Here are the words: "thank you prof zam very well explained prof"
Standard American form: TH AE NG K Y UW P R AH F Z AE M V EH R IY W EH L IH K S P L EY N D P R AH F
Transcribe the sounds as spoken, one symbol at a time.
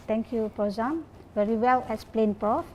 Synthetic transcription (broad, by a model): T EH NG K Y UW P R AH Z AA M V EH R IY W EH L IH S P L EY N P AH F